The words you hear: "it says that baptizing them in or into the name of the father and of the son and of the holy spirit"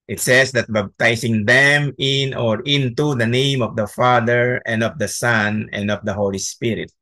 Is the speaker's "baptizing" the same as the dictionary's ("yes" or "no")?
no